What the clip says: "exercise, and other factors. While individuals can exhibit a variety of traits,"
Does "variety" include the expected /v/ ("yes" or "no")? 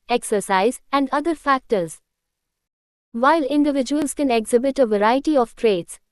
yes